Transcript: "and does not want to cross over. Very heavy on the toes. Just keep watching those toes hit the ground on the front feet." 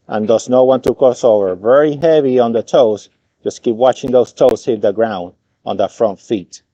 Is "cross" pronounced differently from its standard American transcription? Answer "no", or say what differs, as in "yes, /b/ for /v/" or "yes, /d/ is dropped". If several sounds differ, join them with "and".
yes, /ɹ/ is dropped